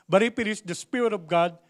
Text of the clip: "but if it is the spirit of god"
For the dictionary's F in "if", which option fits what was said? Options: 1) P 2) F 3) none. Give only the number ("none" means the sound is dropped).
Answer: 1